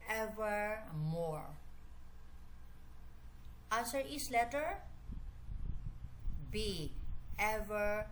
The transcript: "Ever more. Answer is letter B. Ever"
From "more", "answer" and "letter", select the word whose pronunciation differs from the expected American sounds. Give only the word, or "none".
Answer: answer